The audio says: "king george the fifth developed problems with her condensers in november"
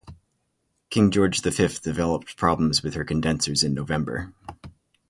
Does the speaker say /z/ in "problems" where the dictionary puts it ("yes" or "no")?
yes